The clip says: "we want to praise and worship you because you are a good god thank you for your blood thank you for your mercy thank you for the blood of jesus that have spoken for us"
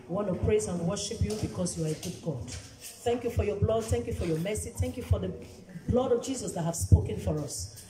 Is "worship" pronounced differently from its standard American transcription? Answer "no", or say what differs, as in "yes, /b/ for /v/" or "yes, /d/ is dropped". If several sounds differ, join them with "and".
no